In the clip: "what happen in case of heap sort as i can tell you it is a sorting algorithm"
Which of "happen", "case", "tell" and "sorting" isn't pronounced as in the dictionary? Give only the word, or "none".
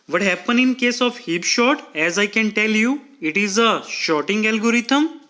sorting